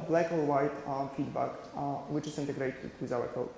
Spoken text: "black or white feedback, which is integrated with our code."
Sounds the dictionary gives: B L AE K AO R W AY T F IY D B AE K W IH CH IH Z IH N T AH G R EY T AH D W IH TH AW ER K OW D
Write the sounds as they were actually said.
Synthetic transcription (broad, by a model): B L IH K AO L W AY T F IY D B AE K W IH CH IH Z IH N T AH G R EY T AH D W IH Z AW ER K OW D